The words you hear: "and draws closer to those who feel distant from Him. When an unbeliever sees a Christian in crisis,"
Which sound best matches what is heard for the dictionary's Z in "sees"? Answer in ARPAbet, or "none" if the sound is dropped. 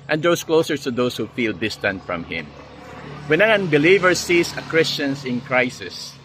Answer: S